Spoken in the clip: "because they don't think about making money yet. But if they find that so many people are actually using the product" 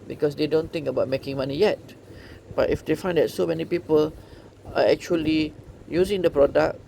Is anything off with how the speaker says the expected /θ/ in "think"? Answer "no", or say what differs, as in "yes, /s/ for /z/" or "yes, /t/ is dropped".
yes, /t/ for /θ/